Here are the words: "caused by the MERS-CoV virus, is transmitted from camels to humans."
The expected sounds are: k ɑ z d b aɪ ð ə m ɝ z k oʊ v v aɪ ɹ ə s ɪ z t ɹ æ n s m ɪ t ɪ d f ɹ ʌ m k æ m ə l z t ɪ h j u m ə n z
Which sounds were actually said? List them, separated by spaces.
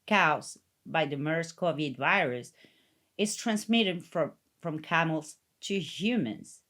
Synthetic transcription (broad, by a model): k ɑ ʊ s b aɪ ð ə m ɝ s k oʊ v v aɪ ɹ ə s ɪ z t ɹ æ n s m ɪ t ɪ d f ɹ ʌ m k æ m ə l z t ɪ h j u m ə n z